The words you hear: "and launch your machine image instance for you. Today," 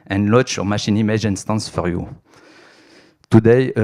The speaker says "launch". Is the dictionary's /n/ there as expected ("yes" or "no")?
no